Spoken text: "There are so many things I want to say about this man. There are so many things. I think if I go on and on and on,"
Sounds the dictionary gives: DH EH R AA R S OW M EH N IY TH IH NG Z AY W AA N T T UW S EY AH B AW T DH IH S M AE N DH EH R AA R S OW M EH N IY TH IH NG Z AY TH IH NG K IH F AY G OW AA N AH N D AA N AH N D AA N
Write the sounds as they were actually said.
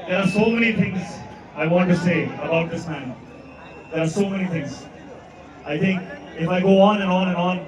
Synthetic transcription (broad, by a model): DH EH R AA R S OW M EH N IY T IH NG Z AY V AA N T T UW S EY AH B AW T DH IH S M AE N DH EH R AA R S OW M EH N IY T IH NG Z AY T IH NG K IH F AY G OW AA N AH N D AA N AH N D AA N